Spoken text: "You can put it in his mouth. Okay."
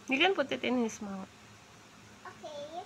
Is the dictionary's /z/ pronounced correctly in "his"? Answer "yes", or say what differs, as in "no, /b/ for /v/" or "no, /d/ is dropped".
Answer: no, /s/ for /z/